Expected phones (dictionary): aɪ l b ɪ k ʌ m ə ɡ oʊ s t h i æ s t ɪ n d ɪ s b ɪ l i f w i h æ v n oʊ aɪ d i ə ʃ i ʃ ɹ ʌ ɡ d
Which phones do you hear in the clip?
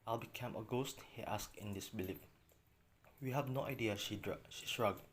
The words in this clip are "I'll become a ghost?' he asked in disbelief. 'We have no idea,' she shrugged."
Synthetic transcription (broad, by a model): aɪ l b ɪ k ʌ m ə ɡ oʊ s t h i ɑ s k ɪ n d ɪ s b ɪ l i p w i h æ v n oʊ aɪ d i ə ʃ i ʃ ɹ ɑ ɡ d